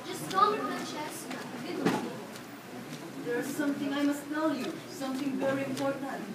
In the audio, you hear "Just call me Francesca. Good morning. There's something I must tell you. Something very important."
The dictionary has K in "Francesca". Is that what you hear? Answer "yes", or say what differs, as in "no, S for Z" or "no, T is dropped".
no, K is dropped